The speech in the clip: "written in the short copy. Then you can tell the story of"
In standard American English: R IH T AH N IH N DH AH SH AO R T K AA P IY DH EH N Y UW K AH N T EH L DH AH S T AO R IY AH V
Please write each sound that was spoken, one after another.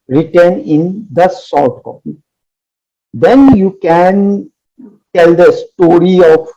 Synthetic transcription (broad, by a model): R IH T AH N IH N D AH S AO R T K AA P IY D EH N Y UW K AH N T EH L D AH S T AO R IY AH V